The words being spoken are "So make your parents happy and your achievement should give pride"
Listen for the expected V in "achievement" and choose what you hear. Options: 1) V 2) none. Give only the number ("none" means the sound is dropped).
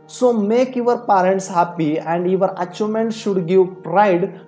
2